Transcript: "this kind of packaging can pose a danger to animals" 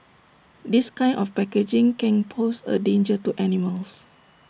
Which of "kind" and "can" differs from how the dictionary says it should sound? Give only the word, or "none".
kind